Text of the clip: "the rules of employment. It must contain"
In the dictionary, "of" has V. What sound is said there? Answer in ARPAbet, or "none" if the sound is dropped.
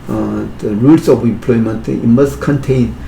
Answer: P